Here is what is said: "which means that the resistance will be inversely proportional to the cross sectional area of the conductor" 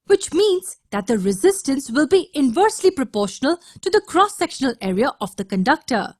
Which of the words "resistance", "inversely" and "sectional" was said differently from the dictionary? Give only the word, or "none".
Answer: none